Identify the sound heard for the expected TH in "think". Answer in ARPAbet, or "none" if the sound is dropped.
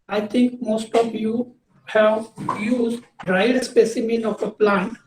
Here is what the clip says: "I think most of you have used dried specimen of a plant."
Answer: T